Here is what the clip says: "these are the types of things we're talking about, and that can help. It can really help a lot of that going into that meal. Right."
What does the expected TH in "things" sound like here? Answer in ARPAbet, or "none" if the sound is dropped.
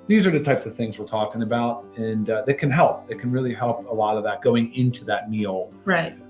TH